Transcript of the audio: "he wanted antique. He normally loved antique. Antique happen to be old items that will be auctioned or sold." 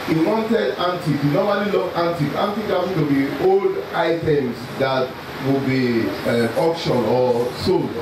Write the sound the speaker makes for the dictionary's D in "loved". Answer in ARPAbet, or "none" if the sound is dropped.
none